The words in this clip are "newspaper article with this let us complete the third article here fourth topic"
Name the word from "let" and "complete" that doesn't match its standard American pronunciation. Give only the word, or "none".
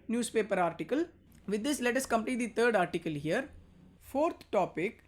complete